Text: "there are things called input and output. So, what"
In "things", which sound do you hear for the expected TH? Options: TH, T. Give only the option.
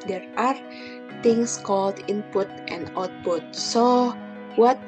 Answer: T